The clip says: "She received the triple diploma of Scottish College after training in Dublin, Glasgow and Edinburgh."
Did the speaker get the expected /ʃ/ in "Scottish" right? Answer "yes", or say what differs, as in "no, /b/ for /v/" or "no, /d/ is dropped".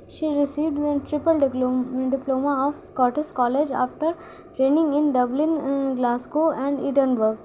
no, /s/ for /ʃ/